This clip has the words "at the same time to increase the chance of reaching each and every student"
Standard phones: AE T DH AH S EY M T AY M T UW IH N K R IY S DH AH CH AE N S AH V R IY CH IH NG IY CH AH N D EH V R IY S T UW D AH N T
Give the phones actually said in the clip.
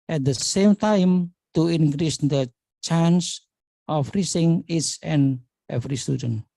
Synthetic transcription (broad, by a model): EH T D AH S EY M T AY M T UW IH N K R IY S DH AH CH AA N S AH F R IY S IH NG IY S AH N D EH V R IY S T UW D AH N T